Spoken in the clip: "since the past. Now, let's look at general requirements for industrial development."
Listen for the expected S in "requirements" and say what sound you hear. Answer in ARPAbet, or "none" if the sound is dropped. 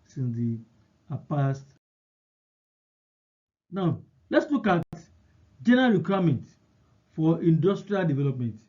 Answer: none